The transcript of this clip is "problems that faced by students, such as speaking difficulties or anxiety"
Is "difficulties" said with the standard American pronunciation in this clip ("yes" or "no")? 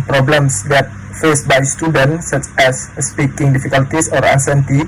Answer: no